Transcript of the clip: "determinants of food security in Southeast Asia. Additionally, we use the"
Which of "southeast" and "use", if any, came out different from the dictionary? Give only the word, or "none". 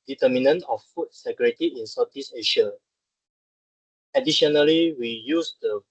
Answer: southeast